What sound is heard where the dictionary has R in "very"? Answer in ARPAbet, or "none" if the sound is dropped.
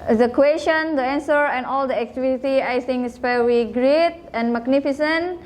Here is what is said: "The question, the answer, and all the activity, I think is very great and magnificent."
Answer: W